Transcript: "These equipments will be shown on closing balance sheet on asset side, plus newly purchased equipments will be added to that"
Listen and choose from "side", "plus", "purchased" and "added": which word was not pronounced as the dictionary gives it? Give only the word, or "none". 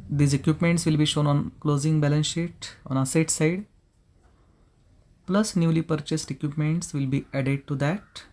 none